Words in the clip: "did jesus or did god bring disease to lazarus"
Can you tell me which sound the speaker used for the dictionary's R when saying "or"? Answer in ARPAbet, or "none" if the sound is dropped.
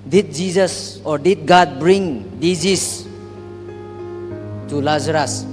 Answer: R